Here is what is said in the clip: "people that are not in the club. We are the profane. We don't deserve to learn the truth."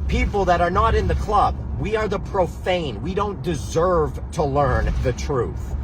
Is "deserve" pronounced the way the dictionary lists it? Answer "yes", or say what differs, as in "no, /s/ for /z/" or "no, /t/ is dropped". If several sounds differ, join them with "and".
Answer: yes